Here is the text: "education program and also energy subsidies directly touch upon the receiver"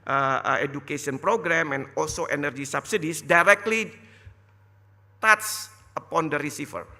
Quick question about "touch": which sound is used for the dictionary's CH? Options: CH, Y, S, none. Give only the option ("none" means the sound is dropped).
S